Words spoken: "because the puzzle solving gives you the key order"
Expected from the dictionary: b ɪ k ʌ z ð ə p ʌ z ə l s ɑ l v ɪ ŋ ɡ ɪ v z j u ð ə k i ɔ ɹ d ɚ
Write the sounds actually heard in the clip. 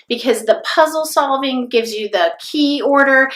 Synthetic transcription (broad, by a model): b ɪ k ʌ z ð ə p ʌ z l s ɑ l v ɪ ŋ ɡ ɪ v z j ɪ ð ə k i ɔ ɹ d ɚ